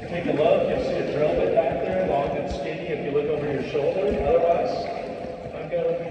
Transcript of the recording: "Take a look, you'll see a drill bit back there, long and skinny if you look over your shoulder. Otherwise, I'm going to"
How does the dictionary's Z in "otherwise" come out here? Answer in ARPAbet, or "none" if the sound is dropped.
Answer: none